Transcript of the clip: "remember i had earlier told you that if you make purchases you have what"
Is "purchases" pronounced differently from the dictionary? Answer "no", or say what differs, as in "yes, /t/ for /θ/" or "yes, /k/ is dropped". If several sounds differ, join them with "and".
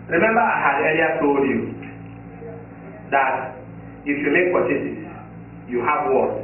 yes, /z/ is dropped